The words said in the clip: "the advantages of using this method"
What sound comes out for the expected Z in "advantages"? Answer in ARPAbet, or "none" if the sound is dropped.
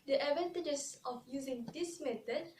S